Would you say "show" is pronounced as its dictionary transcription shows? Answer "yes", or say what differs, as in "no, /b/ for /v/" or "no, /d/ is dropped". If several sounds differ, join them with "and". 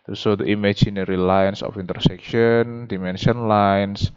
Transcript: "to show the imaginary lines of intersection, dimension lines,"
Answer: no, /s/ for /ʃ/